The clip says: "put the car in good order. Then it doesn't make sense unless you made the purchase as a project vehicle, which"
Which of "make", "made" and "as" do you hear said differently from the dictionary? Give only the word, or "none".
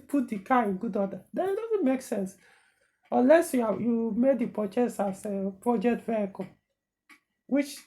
as